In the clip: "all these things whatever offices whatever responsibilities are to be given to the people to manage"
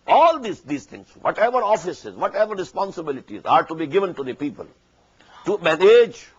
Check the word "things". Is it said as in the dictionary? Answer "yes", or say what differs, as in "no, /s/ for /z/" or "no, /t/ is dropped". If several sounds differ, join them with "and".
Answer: no, /t/ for /θ/